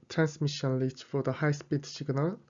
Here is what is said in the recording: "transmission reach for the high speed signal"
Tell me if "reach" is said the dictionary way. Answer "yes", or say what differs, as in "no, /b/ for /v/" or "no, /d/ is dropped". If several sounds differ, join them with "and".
no, /l/ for /ɹ/